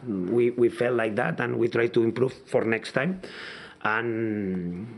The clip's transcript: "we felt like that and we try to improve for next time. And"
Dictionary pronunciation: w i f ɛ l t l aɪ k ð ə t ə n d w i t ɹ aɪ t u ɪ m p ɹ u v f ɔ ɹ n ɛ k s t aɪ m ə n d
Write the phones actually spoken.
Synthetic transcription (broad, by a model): w i f ɛ l t l aɪ k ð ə t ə n w i t ɹ aɪ t u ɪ m p ɹ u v f ɔ ɹ n ɛ k s t aɪ m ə n